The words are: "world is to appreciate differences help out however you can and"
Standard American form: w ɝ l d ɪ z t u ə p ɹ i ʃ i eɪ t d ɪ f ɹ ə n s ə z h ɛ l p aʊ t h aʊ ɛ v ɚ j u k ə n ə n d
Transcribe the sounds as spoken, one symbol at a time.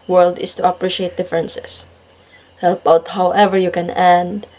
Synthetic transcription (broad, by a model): w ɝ l d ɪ s t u ə p ɹ i ʃ i eɪ t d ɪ f ɹ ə n s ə s h ɛ l p aʊ t h aʊ ɛ v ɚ j u k ə n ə n d